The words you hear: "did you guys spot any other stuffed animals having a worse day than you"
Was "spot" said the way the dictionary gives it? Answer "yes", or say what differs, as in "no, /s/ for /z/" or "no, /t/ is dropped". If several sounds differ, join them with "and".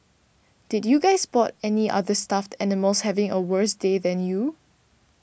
no, /b/ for /p/